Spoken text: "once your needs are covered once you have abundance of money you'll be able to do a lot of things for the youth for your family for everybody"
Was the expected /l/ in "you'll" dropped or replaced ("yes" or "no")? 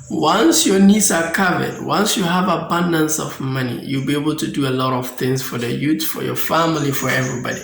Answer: no